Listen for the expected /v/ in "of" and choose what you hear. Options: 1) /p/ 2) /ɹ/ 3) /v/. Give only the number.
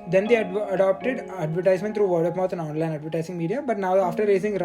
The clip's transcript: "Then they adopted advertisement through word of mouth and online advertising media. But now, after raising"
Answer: 1